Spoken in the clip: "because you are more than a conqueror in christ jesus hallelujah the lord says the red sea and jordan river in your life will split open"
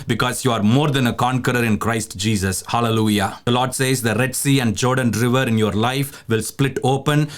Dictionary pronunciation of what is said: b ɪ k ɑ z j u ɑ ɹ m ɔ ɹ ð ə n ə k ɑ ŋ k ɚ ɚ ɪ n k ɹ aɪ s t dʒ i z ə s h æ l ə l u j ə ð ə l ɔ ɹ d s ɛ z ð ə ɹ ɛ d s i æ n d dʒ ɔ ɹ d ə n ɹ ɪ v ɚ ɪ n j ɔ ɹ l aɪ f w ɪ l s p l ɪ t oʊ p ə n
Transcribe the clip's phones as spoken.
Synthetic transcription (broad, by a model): b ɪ k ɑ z j u ɑ ɹ m ɔ ɹ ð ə n ə k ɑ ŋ k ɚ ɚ ɪ n k ɹ aɪ s t dʒ i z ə s h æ l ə l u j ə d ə l ɔ ɹ d s ɛ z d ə ɹ ɛ d s i æ n d dʒ ɔ ɹ d ə n ɹ ɪ v ɚ ɪ n j ɔ ɹ l aɪ f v ɪ l s p l ɪ t oʊ p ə n